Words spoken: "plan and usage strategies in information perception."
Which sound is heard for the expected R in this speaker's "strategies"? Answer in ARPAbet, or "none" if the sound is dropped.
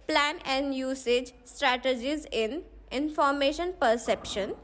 R